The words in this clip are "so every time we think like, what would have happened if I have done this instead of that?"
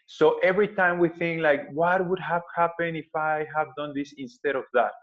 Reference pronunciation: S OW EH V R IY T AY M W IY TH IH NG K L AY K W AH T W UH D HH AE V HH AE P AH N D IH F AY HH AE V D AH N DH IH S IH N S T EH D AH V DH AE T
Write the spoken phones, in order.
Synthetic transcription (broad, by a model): S OW EH V R IY T AY M W IY TH IH NG K L AY K W AH T W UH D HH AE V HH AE P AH N IH F AY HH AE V D AH N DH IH S IH N S T EH D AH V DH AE T